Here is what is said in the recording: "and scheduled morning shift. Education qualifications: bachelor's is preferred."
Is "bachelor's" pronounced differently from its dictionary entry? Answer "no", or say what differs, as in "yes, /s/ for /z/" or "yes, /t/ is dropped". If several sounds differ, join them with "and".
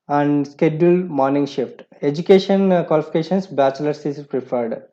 yes, /s/ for /z/